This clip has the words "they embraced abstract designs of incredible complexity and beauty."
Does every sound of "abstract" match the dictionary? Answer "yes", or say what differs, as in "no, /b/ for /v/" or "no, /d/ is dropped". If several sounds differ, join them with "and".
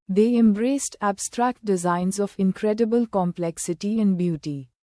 yes